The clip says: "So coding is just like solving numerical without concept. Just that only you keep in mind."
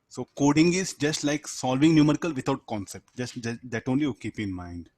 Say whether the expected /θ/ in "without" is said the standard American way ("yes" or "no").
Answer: no